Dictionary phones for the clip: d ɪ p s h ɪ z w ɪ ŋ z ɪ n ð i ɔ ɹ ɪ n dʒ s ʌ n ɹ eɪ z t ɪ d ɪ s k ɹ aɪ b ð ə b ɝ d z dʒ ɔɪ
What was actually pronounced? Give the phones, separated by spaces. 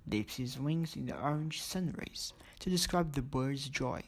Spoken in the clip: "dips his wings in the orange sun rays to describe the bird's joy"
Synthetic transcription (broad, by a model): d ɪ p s h ɪ z w ɪ ŋ z ɪ n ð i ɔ ɹ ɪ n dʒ s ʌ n ɹ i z t ɪ d ɪ s k ɹ aɪ b ð ə b ɝ d z dʒ ɔɪ